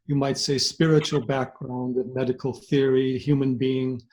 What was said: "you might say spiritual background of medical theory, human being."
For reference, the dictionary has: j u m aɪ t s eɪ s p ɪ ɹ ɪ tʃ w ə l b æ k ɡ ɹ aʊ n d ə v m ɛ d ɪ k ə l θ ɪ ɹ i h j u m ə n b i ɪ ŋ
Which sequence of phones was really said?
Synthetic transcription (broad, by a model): j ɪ m aɪ t s eɪ s p ɪ ɹ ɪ tʃ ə l b æ k ɡ ɹ aʊ n d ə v m ɛ d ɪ k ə l θ ɪ ɹ i h j u m ə n b i ɪ ŋ